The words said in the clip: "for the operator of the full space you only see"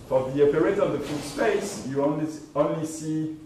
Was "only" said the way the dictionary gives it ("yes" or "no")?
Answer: yes